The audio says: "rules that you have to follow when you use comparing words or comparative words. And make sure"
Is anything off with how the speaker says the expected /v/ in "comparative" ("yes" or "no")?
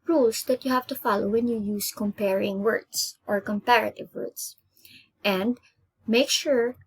no